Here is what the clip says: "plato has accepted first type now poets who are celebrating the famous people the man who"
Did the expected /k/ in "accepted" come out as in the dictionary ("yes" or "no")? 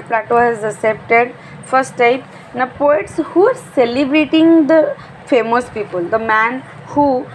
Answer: no